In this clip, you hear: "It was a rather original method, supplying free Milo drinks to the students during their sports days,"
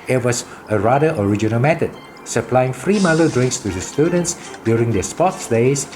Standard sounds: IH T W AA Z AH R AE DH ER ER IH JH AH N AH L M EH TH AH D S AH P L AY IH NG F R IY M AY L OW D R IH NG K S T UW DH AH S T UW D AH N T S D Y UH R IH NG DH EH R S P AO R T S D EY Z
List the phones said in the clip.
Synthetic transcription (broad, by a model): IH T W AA S AH R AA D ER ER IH JH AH N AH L M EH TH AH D S AH P L AY IH NG F R IY M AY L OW D R IH NG K S T UW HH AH S T UW D AH N T S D Y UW R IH NG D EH S P AO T S D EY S